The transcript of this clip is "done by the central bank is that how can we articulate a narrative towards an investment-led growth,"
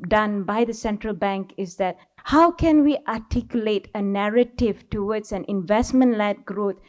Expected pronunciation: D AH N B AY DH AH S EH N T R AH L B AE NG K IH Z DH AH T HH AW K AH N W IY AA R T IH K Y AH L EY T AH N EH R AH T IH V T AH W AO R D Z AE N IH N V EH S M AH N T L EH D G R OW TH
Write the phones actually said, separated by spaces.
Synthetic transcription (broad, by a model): D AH N B AY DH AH S EH N T R AH L B AE NG K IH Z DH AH T HH AW K AH N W IY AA T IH K Y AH L EY T AH N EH R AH T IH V T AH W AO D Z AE N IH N V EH S M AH N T L EH D G R OW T